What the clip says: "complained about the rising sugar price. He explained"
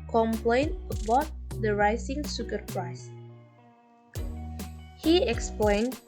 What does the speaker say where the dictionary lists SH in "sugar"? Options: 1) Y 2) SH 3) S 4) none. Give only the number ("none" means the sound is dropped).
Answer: 3